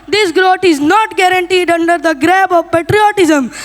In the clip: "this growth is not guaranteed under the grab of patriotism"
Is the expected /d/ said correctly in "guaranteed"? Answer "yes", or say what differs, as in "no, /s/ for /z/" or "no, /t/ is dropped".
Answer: yes